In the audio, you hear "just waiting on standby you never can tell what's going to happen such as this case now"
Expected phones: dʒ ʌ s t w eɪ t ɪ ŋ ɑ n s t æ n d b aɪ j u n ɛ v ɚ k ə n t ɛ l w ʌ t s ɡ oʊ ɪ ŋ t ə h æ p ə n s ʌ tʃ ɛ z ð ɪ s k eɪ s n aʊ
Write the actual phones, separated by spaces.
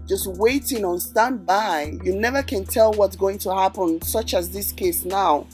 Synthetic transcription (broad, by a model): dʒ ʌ s t w eɪ t ɪ ŋ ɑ n s t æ n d b aɪ j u n ɛ v ɚ k ə n t ɛ l w ʌ t s ɡ oʊ ɪ ŋ t ə h æ p ə n s ʌ tʃ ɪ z ð ɪ s k eɪ s n aʊ